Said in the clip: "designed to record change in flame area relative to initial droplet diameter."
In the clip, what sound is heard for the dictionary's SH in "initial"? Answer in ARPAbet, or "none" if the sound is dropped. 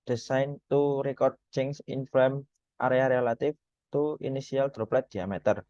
S